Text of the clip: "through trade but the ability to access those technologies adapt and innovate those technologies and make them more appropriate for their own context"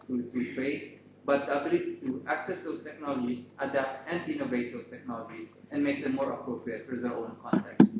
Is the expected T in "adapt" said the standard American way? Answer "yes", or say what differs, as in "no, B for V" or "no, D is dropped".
yes